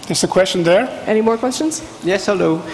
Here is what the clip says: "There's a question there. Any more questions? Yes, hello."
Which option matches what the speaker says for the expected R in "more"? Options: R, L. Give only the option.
R